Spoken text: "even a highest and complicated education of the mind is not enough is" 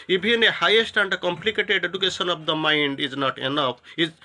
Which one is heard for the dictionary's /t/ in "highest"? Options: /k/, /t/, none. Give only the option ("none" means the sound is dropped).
/t/